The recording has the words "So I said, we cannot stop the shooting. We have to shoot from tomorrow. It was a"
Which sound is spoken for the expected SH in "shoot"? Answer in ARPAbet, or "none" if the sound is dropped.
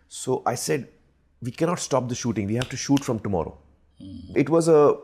SH